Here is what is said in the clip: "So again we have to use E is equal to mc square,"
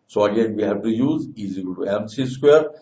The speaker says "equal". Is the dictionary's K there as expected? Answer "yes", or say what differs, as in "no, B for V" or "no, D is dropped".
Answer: no, K is dropped